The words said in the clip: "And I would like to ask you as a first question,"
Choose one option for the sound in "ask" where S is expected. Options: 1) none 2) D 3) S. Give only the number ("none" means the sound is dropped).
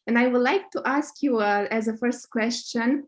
3